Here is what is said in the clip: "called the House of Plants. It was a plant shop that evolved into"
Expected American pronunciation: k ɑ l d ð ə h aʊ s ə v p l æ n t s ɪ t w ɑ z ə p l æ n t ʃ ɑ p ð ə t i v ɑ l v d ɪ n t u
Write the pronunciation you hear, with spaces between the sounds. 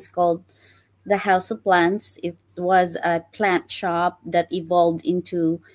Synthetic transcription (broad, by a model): k ɑ l d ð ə h aʊ s ə v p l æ n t s ɪ t w ɑ z ə p l æ n t ʃ ɑ p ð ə t i v ɑ l v d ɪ n t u